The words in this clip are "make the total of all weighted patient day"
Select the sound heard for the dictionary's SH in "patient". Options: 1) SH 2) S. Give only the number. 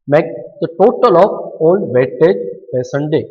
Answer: 2